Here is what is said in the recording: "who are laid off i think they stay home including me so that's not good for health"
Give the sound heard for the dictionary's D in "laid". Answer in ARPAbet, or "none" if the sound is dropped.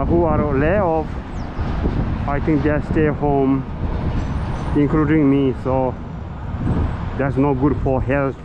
none